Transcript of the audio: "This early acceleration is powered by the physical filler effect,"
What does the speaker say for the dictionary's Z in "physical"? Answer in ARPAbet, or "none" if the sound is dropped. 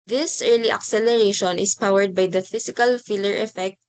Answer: S